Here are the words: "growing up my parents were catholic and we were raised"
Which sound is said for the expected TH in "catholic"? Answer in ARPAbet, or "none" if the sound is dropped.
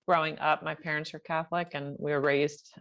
TH